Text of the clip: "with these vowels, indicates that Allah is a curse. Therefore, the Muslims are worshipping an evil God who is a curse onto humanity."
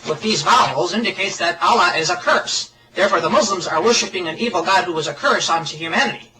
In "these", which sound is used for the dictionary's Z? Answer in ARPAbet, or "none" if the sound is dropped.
Z